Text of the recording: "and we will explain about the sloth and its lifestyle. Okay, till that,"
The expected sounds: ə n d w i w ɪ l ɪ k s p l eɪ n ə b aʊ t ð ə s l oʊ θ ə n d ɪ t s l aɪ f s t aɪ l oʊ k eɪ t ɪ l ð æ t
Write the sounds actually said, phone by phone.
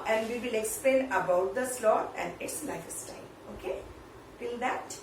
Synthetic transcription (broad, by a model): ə n d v i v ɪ l ɪ k s p l eɪ n ə b aʊ t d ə s l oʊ t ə n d ɪ t s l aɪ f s t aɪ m oʊ k eɪ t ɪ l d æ t